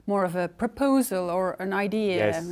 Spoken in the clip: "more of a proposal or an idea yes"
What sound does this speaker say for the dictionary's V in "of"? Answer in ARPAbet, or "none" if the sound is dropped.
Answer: V